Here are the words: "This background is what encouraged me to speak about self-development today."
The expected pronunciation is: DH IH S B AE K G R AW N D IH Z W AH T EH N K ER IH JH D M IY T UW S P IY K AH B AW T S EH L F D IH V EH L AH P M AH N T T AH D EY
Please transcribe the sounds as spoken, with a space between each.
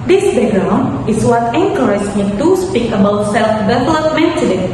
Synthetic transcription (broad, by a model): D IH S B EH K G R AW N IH S W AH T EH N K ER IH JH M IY T UW S P IY K AH B AW T S EH L F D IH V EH L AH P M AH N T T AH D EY